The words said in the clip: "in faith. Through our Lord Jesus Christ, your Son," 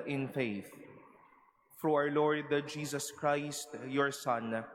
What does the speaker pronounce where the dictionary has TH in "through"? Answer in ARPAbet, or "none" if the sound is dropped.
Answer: F